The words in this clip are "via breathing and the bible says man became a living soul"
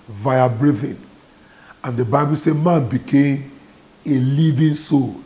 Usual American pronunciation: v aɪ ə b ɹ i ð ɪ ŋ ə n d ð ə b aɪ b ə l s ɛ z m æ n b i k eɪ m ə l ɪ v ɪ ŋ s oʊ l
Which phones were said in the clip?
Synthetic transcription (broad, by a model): v aɪ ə b ɹ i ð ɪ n ə n d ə b aɪ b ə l s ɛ m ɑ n b i k eɪ m ə l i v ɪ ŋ s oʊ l